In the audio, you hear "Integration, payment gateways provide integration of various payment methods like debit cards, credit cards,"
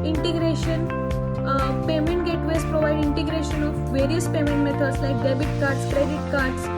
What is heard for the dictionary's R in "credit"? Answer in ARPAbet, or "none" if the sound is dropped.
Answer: R